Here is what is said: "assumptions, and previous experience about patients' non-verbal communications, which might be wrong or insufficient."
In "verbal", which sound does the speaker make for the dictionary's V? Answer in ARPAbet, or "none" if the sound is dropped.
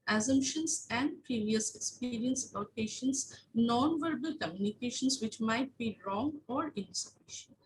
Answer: V